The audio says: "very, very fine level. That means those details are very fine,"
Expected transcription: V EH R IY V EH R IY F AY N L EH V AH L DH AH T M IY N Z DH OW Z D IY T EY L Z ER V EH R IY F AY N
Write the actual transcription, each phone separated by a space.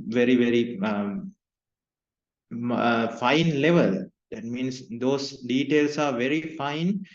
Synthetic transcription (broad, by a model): V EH R IY V EH R IY F AY N L EH V AH L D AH T M IY N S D OW S D IY T EY L S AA V EH R IY F AY N